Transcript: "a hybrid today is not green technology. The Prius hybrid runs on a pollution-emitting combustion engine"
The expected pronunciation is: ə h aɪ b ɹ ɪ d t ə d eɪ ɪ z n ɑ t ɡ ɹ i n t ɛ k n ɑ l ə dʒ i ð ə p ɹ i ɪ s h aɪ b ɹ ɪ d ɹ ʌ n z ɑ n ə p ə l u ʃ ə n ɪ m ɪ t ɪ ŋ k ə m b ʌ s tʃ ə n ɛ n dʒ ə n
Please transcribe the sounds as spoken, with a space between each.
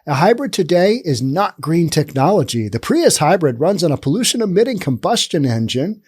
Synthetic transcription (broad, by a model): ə h aɪ b ɹ ɪ d t ə d eɪ ɪ z n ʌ t ɡ ɹ i n t ɛ k n ɑ l ə dʒ i ð ə p ɹ i ɪ s h aɪ b ɹ ɪ d ɹ ʌ n z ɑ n ə p ə l u ʃ ə n ɪ m ɪ t ɪ ŋ k ə m b ʌ s tʃ ə n ɛ n dʒ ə n